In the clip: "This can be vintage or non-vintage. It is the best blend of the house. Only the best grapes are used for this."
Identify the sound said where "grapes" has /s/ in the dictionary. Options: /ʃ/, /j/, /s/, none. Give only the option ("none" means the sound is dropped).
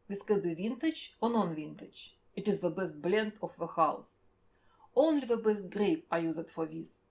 none